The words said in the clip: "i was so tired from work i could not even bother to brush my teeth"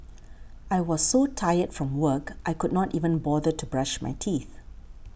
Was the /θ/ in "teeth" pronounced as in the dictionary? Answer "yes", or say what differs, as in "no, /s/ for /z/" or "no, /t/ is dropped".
yes